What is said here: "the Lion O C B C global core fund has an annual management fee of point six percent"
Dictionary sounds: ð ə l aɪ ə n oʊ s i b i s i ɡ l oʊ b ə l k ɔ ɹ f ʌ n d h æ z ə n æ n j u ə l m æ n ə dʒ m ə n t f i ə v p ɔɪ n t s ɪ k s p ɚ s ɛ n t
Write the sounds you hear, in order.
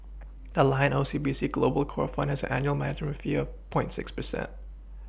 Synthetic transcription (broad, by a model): ð ə l aɪ ə n oʊ s i b i s i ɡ l oʊ b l k ɔ ɹ f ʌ n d h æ z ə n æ n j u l m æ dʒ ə m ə f i ə v p ɔɪ n t s ɪ k s p ɚ s ɛ n t